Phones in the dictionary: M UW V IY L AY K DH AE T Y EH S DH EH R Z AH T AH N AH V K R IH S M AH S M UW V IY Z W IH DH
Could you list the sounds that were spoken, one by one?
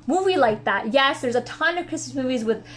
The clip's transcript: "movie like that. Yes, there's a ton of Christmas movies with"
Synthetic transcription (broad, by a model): M UW V IY L AY K DH AE T Y EH S DH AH R Z AH T AH N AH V K R IH S M AH S M UW V IY Z W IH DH